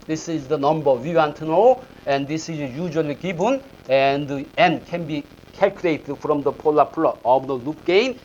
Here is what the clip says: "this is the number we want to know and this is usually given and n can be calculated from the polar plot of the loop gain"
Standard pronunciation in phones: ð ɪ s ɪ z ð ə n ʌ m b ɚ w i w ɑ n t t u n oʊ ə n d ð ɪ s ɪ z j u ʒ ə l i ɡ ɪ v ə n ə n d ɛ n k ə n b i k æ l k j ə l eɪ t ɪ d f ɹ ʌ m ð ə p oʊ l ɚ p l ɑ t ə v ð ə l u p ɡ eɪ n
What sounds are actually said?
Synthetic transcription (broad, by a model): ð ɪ s ɪ z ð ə n ʌ m b ɚ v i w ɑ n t t u n oʊ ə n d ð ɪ s ɪ z j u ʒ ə l i ɡ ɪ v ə n ə n d ɛ n k ə n b i k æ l k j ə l eɪ t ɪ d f ɹ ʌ m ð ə p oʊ l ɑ p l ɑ ə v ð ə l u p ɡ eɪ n